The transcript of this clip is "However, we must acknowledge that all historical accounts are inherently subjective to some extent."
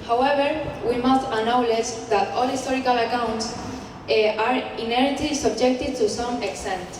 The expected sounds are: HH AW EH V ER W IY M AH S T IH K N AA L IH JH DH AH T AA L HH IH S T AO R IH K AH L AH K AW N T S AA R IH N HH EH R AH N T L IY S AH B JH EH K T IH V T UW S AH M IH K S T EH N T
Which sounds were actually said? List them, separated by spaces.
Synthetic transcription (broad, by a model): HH AW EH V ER W IY M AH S T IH N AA L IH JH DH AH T AA L HH IH S T AO R IH K AH L AH K AW N T S AA R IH N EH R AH T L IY S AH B JH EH K T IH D T UW S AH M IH K S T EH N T